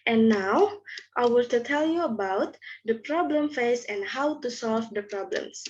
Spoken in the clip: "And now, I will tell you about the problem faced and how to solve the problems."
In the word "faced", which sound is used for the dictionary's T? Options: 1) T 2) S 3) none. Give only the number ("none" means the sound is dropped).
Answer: 3